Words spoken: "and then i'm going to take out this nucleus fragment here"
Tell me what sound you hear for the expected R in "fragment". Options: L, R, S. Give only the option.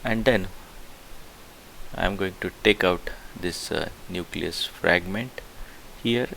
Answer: R